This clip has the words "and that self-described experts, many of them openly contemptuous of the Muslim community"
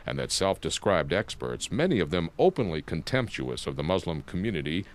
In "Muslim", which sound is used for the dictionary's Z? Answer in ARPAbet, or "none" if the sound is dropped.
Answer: Z